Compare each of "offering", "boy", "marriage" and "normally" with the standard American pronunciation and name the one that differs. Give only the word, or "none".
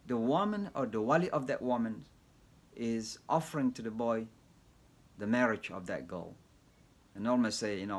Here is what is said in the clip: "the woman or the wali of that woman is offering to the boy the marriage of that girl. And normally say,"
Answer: normally